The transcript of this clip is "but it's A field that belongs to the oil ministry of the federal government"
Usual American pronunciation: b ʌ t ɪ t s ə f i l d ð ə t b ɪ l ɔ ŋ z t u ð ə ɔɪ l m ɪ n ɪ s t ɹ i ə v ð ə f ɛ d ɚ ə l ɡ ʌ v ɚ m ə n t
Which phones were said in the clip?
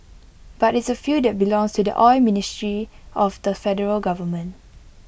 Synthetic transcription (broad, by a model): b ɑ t ɪ t s ə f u d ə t b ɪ l ɔ ŋ s t u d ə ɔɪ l m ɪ n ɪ s t ɹ i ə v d ə f ɛ d ɚ ə l ɡ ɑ v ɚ m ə n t